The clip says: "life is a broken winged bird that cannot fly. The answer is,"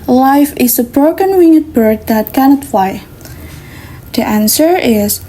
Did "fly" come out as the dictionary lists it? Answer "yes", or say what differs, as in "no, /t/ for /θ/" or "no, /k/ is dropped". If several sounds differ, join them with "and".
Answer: no, /l/ is dropped